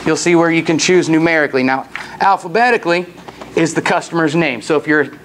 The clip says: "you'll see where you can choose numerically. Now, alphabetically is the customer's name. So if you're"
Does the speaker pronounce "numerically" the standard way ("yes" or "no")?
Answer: yes